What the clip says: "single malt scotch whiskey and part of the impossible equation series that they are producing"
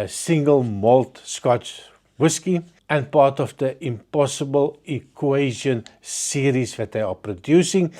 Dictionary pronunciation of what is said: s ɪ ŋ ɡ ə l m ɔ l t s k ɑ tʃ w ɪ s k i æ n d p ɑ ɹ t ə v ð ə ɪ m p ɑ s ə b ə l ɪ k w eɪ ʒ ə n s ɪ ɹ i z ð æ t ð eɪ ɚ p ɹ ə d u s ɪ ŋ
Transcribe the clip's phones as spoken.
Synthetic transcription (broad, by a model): s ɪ ŋ ɡ ə l m ɔ l t s k ɑ tʃ w ɪ s k i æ n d p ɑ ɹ t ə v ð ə ɪ m p ɑ s ə b ə l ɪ k w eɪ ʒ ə n s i ɹ i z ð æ t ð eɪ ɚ p ɹ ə d u s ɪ ŋ